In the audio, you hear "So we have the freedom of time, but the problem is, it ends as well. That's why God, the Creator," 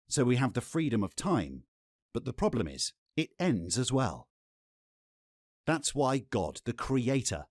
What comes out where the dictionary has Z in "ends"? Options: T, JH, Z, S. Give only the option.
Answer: Z